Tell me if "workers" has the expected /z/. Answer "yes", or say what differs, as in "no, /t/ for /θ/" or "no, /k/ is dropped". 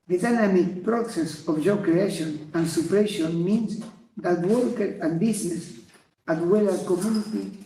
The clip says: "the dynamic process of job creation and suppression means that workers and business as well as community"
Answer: no, /z/ is dropped